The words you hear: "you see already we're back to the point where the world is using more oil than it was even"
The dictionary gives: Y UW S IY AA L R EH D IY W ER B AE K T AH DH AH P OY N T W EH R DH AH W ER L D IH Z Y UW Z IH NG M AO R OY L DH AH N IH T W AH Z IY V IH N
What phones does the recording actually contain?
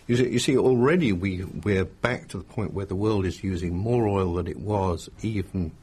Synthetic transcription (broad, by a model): Y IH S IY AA L R EH D IY W ER B AE K T AH DH AH P OY N T W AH R DH AH W ER L D IH Z Y UW Z IH NG M AO R OY L DH AH N IH T W AH Z IY V N